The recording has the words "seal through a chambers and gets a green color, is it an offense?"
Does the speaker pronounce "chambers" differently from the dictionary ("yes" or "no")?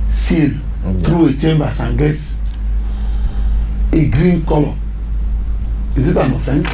yes